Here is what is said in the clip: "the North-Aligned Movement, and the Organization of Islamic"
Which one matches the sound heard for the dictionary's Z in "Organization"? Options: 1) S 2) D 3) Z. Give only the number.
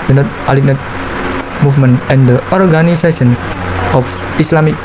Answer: 1